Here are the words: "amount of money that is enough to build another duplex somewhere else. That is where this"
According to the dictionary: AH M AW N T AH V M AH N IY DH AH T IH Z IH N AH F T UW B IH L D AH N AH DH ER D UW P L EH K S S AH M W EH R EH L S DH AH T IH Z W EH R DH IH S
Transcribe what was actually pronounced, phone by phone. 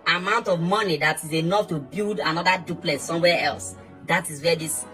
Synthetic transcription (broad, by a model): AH M AW N T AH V M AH N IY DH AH T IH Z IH N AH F T UW B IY L D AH N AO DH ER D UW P L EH S S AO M W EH EH L S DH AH T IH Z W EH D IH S